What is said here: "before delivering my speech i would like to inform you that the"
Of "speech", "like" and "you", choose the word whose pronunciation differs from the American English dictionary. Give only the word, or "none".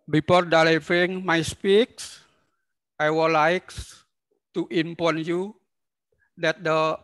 speech